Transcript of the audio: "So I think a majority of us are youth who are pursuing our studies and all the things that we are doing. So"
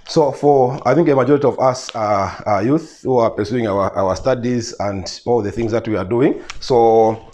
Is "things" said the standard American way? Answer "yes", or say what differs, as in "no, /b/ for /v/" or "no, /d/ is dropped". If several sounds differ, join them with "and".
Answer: yes